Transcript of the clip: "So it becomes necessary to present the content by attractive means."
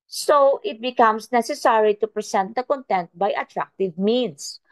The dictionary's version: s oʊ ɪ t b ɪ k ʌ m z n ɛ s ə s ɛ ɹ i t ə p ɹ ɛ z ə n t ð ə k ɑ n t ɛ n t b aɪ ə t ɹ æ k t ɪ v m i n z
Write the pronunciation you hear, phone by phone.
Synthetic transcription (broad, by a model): s oʊ ɪ t b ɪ k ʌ m s n ɛ s ə s ɛ ɹ i t ə p ɹ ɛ s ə n t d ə k ɑ n t ɛ n t b aɪ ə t ɹ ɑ k t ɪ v m i n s